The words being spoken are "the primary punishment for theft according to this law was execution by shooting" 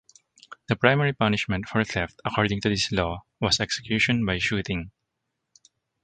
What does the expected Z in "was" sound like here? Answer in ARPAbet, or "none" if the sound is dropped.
S